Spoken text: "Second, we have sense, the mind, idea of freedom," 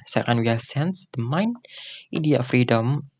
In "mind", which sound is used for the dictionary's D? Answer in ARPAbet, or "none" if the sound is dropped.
none